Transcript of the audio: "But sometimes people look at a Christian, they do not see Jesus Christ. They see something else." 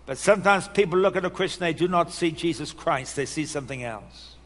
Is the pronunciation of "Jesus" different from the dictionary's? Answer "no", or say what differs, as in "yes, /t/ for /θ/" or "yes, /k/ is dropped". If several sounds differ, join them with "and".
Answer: no